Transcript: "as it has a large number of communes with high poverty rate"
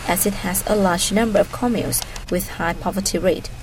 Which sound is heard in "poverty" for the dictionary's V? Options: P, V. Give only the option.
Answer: V